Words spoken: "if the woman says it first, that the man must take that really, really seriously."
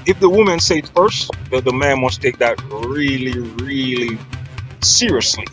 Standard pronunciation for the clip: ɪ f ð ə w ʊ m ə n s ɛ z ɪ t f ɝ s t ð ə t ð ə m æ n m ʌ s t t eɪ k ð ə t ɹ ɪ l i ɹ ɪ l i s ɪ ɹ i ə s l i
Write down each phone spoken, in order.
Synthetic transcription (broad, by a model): ɪ f ð ə w ʊ m ə n s ɛ ɪ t f ɝ s t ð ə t ð ə m æ n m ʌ s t t eɪ k ð ə t ɹ ɪ l i ɹ ɪ l i s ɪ ɹ i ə s l i